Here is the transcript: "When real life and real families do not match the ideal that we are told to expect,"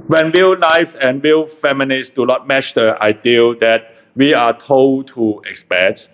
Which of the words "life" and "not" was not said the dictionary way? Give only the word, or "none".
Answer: life